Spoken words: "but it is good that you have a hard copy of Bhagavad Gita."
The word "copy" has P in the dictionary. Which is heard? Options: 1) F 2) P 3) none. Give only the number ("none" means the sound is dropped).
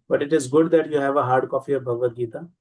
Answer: 1